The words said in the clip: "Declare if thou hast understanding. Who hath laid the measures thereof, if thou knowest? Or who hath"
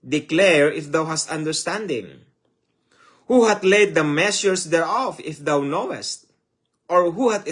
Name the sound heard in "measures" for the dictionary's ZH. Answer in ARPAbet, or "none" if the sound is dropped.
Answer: S